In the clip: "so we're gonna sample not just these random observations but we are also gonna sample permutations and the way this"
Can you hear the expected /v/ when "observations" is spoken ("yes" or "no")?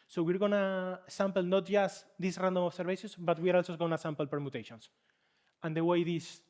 no